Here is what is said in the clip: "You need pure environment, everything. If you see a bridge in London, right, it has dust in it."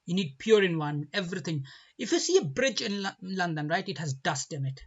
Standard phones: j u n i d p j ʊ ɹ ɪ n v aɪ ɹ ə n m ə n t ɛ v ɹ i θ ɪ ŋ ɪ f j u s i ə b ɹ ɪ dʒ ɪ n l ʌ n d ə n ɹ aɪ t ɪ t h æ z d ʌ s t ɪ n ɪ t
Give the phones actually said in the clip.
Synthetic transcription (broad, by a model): j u n i d p j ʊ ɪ ɹ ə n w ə n ɛ v ɹ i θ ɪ ŋ ɪ f j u s i ə b ɹ ɪ dʒ ɪ n l ʌ n d ə n ɹ aɪ t ɪ t h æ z d ʌ s t ɪ n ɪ t